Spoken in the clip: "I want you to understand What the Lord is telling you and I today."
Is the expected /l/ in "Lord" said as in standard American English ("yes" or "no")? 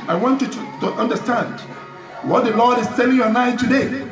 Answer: yes